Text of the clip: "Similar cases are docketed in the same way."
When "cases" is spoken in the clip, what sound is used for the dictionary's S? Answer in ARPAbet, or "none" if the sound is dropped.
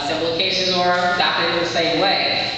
SH